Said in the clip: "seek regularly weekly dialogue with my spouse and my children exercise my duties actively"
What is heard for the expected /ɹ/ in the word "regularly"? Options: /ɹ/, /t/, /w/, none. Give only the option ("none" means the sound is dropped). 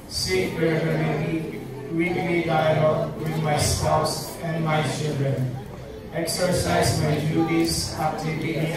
/w/